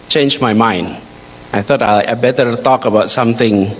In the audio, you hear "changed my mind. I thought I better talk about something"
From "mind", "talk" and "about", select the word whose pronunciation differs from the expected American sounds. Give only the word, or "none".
none